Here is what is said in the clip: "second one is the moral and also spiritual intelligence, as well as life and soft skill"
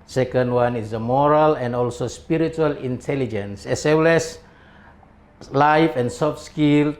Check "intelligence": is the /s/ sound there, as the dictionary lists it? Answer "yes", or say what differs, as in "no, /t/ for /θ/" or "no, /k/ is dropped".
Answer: yes